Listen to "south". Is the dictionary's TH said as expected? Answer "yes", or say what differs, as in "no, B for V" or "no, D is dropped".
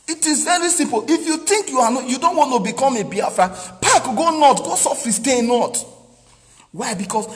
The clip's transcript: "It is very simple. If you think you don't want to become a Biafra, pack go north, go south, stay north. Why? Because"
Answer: no, F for TH